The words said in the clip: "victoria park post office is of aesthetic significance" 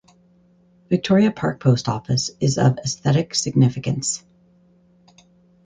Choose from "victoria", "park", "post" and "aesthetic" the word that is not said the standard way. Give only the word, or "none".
none